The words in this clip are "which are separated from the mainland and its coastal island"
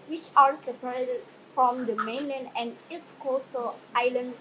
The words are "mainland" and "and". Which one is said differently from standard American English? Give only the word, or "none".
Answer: none